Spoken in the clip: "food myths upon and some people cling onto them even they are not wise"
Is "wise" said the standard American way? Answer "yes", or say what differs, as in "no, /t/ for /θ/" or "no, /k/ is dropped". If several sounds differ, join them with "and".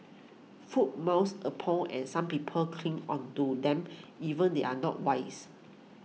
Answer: no, /s/ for /z/